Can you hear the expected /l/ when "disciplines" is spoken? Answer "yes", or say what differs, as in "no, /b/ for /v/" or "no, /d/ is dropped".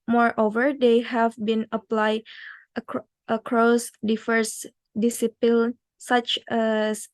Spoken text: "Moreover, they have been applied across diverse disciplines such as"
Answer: no, /l/ is dropped